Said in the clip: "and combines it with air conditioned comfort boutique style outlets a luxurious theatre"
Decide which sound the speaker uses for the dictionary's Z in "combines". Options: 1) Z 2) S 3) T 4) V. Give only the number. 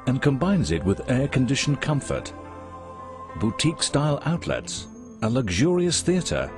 1